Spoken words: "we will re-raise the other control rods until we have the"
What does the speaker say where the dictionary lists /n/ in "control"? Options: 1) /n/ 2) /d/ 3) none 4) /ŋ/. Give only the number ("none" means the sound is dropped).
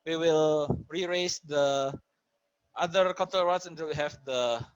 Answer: 3